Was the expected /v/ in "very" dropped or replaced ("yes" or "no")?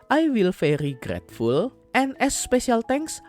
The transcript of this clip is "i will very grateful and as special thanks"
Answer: yes